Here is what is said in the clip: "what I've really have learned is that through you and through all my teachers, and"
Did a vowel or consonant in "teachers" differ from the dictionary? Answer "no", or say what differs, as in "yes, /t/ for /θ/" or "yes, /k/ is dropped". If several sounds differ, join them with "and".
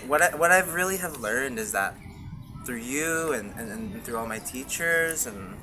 no